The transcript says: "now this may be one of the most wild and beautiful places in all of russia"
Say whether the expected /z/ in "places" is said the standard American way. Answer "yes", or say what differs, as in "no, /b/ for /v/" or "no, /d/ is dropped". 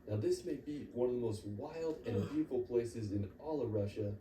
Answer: yes